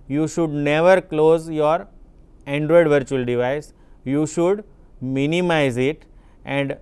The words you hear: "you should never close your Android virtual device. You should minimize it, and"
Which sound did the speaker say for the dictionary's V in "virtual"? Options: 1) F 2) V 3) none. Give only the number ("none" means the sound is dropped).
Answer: 2